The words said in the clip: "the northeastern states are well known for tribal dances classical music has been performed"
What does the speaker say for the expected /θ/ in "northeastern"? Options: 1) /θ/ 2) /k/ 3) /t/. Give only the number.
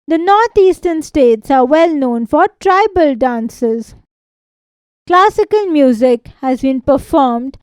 3